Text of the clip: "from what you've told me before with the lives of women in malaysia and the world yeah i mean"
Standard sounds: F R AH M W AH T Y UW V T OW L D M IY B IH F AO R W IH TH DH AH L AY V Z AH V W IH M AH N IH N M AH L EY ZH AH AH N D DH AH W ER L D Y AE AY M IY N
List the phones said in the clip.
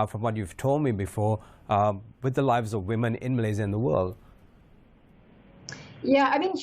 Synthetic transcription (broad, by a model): F R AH M W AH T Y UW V T OW L D M IY B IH F AO R W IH DH AH L AY V Z AH V W IH M AH N IH N M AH L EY Z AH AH N DH AH W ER L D Y AE AY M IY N